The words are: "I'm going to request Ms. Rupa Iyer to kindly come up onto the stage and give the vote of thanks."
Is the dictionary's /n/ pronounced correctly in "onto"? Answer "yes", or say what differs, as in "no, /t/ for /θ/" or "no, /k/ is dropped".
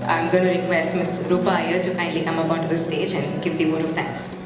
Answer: no, /n/ is dropped